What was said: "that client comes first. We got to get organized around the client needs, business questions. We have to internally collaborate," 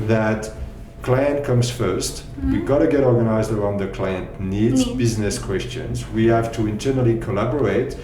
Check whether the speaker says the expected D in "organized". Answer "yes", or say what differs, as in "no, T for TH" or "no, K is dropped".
yes